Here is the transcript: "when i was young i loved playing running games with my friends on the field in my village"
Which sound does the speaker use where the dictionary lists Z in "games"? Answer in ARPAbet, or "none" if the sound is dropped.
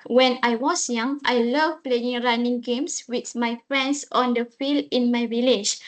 S